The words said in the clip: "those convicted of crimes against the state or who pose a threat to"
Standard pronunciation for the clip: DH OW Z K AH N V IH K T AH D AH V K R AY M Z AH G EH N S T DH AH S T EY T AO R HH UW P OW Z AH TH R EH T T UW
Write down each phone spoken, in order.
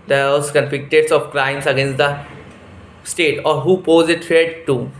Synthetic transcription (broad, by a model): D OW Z K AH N F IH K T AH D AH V K R AY M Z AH G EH N S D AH S T EY T AO R HH UW P OW Z AH T R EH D T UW